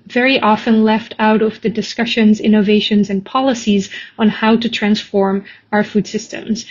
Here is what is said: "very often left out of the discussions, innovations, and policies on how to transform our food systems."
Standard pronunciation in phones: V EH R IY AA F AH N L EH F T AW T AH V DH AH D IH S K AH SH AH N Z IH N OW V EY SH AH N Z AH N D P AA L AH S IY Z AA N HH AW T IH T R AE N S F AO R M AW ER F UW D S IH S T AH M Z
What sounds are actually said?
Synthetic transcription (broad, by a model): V EH R IY AA F AH N L EH F T AW T AH V DH AH D IH S K AH SH AH N Z IH N OW V EY SH AH N Z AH N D P AA L AH S IY Z N HH AW T IH T R AE N S F AO R M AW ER F UW D S IH S T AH M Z